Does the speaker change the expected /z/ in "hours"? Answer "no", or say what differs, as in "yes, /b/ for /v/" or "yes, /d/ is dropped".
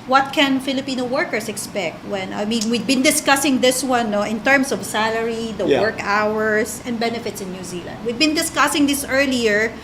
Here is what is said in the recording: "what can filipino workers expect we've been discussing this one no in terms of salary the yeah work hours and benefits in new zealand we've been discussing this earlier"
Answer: yes, /s/ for /z/